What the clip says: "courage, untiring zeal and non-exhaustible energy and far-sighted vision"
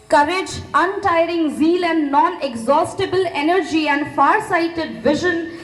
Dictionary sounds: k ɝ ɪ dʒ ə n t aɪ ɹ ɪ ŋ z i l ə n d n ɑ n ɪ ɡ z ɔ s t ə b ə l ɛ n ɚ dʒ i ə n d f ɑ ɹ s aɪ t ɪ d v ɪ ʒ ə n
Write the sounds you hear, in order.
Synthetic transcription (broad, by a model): k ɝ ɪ dʒ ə n t aɪ ɹ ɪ ŋ z i l ə n d n ɑ n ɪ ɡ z ɔ s t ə b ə l ɛ n ɚ dʒ i ə n d f ɑ ɹ s aɪ t ɪ d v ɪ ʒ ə n